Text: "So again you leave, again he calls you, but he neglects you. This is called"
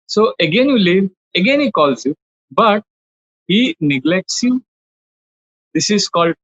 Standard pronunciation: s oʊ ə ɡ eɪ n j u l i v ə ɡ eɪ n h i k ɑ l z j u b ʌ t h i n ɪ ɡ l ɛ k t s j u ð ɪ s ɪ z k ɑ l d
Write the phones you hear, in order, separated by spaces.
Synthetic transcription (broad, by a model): s oʊ ə ɡ eɪ n j u l i v ə ɡ eɪ n h i k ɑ l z j u b ʌ t h i n ɪ ɡ l ɛ k t s j u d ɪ s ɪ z k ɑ l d